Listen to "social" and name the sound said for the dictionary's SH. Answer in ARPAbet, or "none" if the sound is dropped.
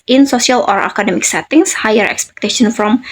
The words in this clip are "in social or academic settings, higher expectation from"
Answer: S